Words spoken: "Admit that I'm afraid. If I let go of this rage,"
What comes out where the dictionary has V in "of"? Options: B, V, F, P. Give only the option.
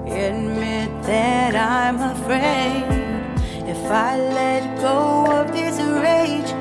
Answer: P